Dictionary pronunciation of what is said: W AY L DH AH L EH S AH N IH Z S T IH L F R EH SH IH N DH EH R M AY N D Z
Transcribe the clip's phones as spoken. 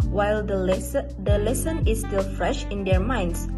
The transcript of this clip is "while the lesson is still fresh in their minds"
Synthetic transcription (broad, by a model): W AY L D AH L EH S AH N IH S T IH L F R EH SH IH N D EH R M AY N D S